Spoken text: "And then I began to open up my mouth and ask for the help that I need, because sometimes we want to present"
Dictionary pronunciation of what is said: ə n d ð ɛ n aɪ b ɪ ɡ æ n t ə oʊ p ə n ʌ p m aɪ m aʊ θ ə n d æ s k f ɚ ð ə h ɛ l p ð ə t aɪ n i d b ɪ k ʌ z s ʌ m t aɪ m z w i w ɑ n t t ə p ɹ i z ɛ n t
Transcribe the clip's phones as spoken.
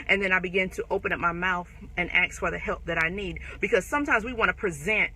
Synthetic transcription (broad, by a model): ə n ð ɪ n aɪ b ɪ ɡ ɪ n t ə oʊ p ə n ʌ p m aɪ m aʊ θ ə n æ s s f ɚ ð ə h ɛ l p ð ə t aɪ n i d b ɪ k ʌ z s ʌ m t aɪ m z w i w ɑ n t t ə p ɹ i z ɛ n t